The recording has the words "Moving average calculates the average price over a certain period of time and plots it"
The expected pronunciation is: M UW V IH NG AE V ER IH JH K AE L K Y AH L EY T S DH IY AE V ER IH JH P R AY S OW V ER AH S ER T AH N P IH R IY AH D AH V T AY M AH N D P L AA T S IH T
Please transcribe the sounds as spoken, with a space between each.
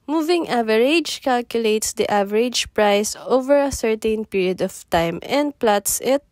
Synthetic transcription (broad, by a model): M UW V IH NG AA V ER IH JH K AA L K Y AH L EY T S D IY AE V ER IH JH P R AY S OW V ER AH S ER T AH N P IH R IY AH D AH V T AY M AH N D P L AA T S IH T